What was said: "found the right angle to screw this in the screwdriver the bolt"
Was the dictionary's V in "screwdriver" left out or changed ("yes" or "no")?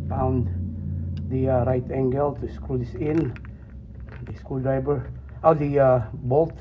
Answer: yes